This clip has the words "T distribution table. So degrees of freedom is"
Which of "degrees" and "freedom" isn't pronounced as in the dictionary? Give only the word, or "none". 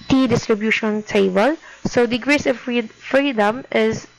degrees